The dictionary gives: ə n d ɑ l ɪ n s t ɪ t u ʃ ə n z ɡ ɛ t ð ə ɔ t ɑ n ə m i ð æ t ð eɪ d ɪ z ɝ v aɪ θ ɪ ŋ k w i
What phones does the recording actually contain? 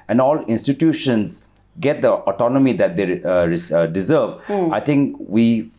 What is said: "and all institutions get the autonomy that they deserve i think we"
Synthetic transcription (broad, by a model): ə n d ɑ l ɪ n s t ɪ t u ʃ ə n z ɡ ɛ t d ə ɔ t ɑ n ə m i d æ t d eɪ d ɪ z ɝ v aɪ t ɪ ŋ k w i